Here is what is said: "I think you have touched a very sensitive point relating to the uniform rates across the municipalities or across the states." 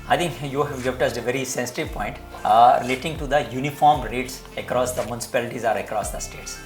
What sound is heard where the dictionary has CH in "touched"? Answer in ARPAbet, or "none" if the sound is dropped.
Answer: S